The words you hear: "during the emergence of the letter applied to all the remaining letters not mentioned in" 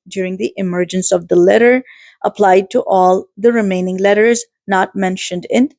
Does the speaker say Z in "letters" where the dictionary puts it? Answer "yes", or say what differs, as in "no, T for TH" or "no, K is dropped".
yes